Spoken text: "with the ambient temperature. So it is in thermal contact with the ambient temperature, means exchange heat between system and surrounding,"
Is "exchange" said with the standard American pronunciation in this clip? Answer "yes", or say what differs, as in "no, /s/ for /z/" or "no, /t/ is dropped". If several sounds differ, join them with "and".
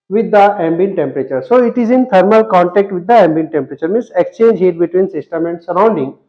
yes